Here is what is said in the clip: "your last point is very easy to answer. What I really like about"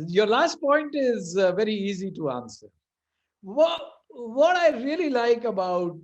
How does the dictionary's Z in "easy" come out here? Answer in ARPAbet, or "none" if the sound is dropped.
Z